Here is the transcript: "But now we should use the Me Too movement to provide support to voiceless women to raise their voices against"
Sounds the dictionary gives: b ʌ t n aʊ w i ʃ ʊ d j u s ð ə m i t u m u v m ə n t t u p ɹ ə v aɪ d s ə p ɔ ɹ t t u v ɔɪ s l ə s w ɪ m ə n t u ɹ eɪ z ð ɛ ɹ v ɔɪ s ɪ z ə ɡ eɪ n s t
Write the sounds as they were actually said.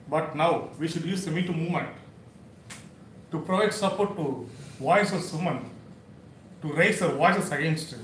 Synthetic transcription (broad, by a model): b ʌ t n aʊ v i ʃ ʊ d j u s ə m i t u m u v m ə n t t u p ɹ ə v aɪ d s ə p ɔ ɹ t t u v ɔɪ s ə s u m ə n t u ɹ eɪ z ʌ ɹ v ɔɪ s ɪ s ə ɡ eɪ n s t